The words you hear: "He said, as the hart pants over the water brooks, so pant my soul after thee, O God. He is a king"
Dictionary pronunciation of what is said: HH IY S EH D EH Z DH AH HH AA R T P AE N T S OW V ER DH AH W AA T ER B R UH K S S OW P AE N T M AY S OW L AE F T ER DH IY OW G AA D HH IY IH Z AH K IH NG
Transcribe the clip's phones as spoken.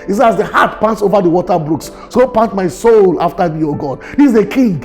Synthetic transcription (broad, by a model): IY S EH AA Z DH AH HH AA T P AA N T S OW V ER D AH W AA T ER B R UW K S S OW P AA N T M AY S OW L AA F T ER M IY OW G AA D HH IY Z AH K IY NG